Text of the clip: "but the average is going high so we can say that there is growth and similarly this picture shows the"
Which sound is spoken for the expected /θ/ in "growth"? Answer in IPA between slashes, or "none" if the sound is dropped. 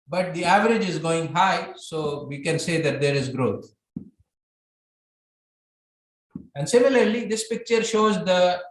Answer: /t/